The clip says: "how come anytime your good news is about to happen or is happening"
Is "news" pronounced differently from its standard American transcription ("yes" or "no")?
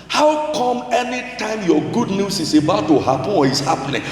yes